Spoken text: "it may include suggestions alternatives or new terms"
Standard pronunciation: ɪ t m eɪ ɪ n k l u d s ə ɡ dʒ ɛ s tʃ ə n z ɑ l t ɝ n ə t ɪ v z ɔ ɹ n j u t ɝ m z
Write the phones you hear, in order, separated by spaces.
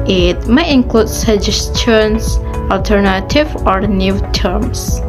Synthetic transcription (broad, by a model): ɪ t m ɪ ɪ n k l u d s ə dʒ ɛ s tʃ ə n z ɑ l t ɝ n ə t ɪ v ɔ ɹ n j u t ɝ m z